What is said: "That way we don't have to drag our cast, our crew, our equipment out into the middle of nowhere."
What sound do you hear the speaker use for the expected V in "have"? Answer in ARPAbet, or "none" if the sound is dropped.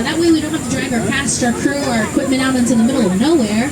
F